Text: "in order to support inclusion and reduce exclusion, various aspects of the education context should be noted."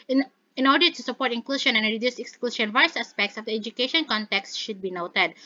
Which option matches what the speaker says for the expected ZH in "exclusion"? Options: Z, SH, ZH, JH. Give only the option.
SH